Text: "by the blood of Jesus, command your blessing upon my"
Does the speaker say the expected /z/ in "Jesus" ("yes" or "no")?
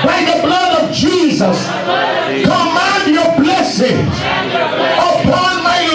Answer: yes